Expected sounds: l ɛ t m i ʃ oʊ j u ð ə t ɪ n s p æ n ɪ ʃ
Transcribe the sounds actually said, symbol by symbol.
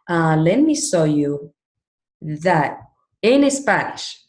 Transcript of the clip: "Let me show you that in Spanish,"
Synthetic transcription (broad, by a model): l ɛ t m i s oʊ j u ð ə t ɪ n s p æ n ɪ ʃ